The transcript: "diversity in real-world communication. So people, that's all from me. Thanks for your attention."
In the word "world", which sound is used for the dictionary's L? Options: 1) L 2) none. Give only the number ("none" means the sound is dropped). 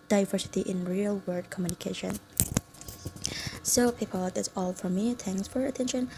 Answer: 2